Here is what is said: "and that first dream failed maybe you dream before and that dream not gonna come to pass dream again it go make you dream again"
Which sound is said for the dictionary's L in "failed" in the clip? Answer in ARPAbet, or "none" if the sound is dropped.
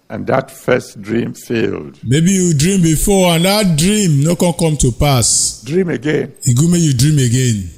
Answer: L